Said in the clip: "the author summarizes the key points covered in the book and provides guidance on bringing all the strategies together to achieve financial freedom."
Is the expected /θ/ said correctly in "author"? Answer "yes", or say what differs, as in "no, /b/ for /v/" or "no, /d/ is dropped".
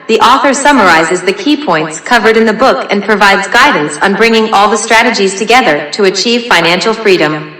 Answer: yes